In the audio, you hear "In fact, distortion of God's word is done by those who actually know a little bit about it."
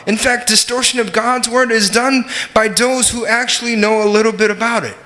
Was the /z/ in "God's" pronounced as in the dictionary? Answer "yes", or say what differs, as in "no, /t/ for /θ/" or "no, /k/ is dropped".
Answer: yes